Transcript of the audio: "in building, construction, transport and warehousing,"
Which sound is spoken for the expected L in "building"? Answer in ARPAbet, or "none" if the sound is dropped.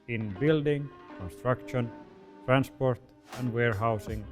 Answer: L